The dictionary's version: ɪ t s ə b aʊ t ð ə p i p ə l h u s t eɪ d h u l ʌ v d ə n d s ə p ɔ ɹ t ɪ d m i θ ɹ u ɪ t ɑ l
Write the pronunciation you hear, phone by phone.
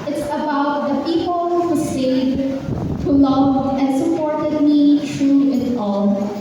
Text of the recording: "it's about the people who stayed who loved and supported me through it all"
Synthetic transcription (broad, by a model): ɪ t s ə b aʊ t ð ə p i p l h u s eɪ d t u l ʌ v ə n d s ə p ɔ ɹ t ɪ d m i t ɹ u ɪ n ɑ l